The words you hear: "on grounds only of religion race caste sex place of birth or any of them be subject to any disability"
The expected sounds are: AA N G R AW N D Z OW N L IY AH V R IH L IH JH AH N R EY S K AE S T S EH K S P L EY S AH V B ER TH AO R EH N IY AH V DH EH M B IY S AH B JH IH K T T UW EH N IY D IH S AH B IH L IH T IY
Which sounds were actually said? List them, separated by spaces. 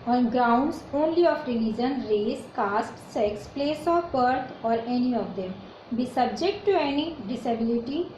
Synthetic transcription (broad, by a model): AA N G R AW N D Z OW N L IY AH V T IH N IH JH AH N R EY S K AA S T S EH K S P L EY S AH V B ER T AO R EH N IY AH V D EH M B IY S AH B JH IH K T T UW EH N IY D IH S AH B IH L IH T IY